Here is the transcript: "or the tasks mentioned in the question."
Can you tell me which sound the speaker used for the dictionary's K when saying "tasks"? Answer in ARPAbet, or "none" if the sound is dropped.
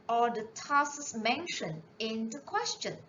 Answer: none